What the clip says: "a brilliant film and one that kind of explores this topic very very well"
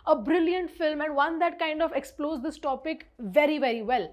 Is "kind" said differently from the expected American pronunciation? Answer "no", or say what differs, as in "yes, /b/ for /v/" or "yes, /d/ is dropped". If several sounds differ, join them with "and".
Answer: no